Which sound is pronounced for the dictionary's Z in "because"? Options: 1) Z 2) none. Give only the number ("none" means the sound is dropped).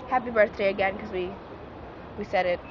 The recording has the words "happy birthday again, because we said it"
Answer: 2